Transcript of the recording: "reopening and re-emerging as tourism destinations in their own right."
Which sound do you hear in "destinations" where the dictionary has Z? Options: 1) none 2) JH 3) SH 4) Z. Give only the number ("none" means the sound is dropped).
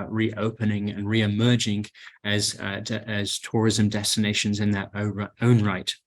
4